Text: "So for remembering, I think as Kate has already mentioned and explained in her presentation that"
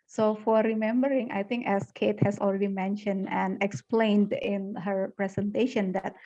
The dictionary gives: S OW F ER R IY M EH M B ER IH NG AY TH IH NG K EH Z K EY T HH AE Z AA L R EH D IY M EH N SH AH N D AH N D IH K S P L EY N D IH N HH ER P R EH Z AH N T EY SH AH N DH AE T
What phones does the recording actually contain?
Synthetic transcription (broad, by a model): S OW F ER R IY M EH M B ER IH NG AY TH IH NG K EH S K EY T HH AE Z AA L R EH D IY M EH N SH AH N D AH N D IH K S P L EY N D IH N HH ER P R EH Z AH N T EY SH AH N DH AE T